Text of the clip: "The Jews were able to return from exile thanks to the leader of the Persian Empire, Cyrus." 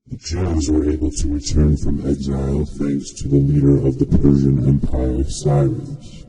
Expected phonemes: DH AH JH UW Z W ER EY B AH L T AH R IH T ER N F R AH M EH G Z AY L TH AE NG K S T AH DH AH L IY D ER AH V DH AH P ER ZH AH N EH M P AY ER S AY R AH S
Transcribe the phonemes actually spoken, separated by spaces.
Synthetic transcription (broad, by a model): DH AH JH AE Z W ER EY B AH L T AH R IH T ER N F R AH M EH G Z AY L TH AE NG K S T AH DH AH L IY D ER AH V DH AH P ER ZH AH N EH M P AY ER S AY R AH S